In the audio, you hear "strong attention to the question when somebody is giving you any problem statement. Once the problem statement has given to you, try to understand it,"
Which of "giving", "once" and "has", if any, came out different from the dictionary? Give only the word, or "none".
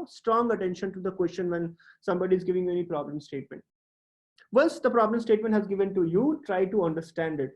once